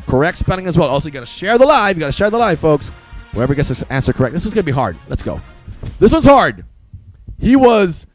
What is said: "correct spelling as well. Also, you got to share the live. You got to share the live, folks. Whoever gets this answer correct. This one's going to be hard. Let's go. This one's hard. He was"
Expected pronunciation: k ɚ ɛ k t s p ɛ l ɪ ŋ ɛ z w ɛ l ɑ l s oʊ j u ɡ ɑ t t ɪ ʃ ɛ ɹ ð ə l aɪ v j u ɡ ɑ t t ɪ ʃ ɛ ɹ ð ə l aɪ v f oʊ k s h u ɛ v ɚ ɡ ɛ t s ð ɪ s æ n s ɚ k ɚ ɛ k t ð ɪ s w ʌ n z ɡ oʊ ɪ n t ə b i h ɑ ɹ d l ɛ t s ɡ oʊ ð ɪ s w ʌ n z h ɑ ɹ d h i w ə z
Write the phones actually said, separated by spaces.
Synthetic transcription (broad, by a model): k ɚ ɛ k t s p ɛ n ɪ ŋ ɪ z w ɛ l ɑ l s oʊ j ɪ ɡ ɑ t t ɪ ʃ ɛ ɹ ð ə l aɪ v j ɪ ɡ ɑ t t ɪ ʃ ɛ ɹ ð ə l aɪ v f oʊ k s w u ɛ v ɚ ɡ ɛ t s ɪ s æ n s ɚ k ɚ ɛ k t ð ɪ s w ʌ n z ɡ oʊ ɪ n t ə b i h ɑ ɹ d l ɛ t s ɡ oʊ ð ɪ s w ʌ n z h ɑ ɹ d h i w ə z